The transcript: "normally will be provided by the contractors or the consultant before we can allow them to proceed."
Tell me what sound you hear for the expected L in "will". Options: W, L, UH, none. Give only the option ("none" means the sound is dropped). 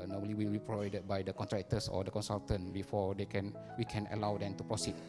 L